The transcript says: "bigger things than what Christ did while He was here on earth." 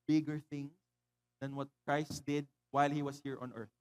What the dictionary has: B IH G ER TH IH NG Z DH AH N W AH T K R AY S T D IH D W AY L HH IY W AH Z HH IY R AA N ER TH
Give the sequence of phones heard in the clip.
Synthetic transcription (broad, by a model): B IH G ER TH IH NG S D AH N W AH T K R AY S T D IH D W AY L HH IY W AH S HH IY R AA N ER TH